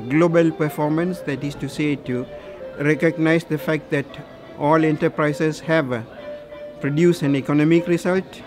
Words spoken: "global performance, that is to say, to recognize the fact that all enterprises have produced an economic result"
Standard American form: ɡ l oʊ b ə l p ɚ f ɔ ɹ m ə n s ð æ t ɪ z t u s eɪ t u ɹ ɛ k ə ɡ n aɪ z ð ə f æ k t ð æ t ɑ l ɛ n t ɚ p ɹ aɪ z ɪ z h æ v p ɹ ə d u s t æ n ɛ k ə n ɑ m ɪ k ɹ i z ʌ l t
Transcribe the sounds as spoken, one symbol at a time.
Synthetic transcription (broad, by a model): ɡ l oʊ b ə l p ɚ f ɔ ɹ m ə n s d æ t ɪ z t u s eɪ t u ɹ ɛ k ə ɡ n aɪ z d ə f æ k t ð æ t ɑ l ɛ n t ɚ p ɹ aɪ s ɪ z h æ v p ɹ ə d u s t æ n ɛ k ə n ɑ m ɪ k ɹ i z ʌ l t